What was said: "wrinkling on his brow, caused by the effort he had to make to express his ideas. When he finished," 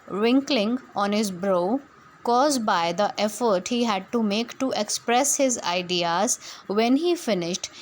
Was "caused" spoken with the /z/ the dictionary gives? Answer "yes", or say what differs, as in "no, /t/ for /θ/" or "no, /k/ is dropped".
yes